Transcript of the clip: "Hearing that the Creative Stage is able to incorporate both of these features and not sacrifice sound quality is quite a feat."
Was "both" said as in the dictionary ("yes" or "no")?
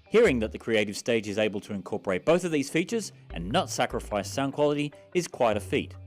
yes